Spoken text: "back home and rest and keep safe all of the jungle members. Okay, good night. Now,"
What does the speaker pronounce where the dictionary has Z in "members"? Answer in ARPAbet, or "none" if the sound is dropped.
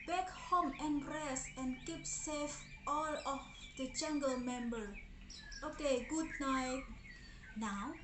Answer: none